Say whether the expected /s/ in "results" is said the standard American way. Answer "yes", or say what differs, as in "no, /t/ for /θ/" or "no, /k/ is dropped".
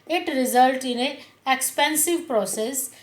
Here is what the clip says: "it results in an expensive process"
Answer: no, /s/ is dropped